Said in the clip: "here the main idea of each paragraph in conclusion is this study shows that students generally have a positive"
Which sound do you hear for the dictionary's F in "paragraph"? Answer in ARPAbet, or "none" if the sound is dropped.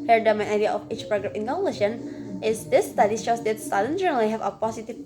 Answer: P